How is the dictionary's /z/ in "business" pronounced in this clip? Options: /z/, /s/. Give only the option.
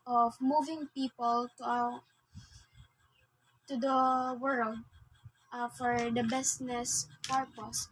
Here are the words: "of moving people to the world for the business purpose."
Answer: /s/